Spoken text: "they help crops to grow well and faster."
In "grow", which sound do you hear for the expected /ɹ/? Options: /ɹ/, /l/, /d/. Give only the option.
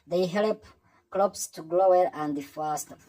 /l/